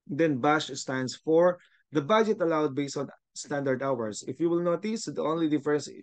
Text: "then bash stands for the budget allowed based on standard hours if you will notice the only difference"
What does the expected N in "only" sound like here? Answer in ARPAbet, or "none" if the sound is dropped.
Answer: N